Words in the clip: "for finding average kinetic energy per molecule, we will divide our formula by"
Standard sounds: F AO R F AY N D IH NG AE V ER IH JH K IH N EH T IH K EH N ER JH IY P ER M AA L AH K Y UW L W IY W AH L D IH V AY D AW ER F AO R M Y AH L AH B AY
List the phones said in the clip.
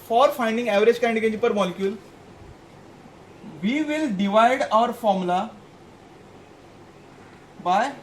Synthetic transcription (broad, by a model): F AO R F AY N D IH NG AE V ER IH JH K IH IH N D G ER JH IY P ER M AA L AH K Y UW L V IY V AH L D IH V AY D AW ER F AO R M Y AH L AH B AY